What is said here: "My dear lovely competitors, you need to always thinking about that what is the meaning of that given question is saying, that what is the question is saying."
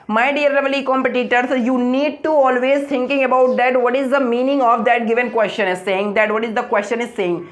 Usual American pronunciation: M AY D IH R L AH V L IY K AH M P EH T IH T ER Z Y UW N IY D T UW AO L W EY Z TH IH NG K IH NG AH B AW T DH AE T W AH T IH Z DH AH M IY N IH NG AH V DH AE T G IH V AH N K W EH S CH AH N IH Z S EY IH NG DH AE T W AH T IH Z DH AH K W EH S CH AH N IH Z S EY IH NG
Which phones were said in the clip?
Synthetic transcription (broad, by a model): M AY D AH R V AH L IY K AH M P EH T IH T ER S Y UW N IY D T UW AO L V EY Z T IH NG K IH NG AH B AW T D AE T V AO T IH Z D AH M IY N IH NG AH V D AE T G IH V AH N K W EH S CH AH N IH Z S EY IH NG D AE T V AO T IH Z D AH K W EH S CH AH N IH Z S EY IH NG